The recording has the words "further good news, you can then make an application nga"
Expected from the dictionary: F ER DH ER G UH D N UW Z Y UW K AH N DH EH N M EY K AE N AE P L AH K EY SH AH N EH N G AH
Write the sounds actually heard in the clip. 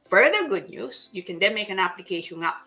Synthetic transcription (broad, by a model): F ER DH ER G UH D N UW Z Y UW K AH N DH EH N M EY K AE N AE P L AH K EY AH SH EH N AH